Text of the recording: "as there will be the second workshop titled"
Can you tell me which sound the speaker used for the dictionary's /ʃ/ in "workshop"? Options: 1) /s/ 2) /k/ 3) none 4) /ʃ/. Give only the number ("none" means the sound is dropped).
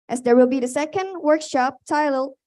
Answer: 4